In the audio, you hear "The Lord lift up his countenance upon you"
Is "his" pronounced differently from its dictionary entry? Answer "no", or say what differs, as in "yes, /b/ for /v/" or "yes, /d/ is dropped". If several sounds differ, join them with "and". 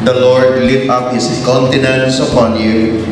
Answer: yes, /s/ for /z/